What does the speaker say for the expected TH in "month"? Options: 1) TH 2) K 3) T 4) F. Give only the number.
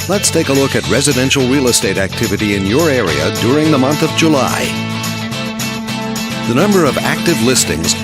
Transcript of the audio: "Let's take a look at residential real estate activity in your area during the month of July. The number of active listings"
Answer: 1